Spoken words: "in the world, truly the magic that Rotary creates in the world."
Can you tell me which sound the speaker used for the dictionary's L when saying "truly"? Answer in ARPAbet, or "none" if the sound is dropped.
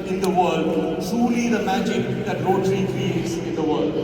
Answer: L